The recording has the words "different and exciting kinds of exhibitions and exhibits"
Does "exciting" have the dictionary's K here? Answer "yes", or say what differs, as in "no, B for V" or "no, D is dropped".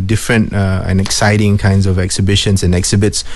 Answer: yes